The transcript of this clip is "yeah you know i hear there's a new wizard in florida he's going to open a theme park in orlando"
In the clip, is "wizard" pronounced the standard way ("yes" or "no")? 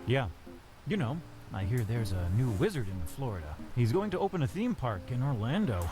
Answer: yes